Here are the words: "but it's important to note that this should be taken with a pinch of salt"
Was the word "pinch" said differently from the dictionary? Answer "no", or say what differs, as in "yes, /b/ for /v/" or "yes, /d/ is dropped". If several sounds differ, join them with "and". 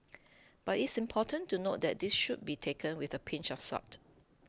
no